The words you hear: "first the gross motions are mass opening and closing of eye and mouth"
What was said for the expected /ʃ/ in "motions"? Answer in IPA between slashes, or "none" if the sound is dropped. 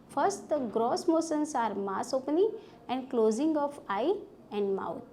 /s/